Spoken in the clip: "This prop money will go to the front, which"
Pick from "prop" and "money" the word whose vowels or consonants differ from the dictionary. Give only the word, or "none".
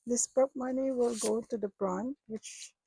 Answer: prop